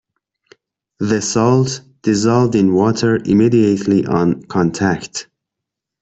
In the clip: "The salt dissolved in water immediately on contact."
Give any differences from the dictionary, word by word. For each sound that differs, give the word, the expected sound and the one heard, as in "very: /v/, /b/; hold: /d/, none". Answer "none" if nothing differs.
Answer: none